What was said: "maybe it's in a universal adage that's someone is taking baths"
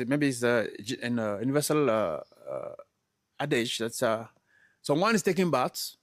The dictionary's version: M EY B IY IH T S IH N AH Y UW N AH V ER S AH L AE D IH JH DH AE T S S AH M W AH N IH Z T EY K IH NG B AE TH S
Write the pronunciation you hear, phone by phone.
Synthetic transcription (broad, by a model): M EY B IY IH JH IH N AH Y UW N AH V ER S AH L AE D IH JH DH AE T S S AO W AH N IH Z T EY K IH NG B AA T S